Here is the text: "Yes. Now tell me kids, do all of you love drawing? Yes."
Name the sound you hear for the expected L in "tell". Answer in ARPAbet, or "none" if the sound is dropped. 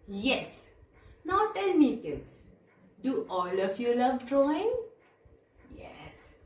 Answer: N